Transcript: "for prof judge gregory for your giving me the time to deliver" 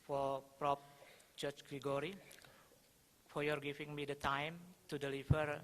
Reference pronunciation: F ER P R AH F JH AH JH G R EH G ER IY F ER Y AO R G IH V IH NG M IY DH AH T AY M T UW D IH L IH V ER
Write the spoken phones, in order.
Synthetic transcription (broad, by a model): F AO P R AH P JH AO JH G R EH G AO IY F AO Y AO R G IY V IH NG M IY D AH T AY M T UW D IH L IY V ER